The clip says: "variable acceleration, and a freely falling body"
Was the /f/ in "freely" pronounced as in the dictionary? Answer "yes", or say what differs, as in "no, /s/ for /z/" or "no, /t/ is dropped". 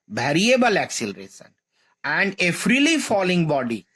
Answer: yes